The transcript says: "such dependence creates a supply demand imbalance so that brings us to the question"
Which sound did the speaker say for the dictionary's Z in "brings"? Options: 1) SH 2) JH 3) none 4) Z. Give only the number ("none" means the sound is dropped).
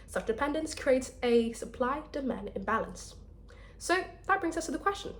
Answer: 4